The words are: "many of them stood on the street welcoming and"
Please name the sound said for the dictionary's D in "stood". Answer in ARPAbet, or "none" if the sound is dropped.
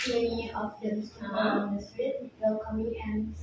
none